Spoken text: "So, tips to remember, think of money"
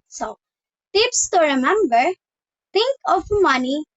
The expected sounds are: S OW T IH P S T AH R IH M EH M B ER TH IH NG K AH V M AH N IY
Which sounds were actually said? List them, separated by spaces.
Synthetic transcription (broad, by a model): S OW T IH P S T AH R IH M EH M B ER T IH NG K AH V M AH N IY